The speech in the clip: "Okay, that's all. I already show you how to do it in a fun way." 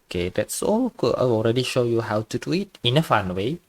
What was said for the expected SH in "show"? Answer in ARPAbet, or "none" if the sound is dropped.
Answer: SH